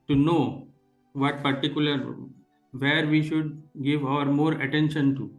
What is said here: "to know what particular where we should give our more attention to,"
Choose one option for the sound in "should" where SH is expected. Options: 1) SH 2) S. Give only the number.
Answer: 1